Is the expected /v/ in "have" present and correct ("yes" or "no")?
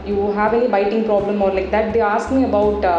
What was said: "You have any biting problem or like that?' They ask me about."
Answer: yes